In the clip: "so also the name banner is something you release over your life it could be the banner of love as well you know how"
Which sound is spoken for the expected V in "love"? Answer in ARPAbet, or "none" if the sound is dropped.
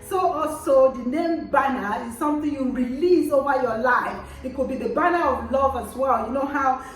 V